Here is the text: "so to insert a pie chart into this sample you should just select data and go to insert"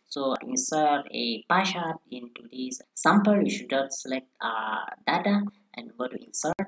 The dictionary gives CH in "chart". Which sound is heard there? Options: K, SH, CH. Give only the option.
SH